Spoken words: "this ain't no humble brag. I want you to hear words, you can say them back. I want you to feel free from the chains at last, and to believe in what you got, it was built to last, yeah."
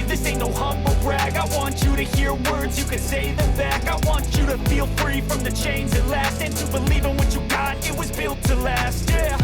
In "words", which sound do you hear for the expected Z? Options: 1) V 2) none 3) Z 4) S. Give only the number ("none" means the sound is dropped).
3